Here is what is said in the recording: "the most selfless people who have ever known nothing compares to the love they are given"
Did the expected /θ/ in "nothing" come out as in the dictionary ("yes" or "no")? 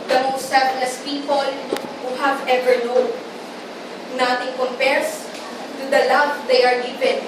no